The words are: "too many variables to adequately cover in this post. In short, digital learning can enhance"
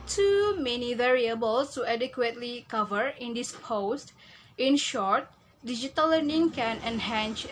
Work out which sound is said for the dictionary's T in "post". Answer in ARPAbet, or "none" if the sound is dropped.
T